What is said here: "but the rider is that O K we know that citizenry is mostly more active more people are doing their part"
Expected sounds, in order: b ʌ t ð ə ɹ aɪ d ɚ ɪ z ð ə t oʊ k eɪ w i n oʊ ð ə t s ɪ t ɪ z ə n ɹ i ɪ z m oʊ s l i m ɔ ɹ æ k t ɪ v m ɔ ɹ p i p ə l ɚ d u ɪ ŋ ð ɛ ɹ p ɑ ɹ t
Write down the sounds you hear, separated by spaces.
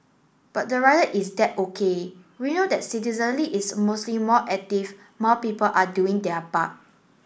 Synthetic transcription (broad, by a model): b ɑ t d ə ɹ aɪ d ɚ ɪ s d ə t oʊ k eɪ w i n oʊ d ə t s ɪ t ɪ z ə n l i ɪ s m oʊ s l i m ɔ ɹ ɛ k t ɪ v m ɔ p i p ə l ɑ d u ɪ ŋ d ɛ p ɑ t